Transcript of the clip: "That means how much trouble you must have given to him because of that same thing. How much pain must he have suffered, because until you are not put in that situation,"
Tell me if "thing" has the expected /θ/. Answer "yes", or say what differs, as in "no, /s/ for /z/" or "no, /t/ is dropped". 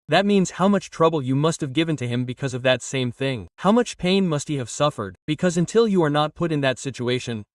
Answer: yes